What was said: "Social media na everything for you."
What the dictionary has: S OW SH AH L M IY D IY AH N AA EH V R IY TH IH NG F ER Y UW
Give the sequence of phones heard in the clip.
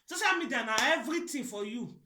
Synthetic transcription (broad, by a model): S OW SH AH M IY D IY N AA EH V R IY T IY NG F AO Y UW